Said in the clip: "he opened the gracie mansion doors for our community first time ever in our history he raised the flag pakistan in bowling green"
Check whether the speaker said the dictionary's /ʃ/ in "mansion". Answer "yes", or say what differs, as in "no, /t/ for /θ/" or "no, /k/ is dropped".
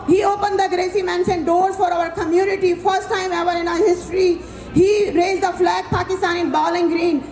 no, /s/ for /ʃ/